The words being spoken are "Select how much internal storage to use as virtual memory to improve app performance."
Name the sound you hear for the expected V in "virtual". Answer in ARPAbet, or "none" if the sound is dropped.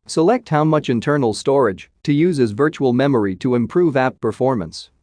V